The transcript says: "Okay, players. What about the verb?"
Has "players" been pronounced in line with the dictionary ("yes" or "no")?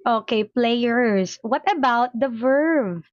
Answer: no